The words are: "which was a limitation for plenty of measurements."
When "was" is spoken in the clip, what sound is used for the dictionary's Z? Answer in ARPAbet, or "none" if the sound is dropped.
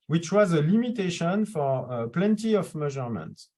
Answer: Z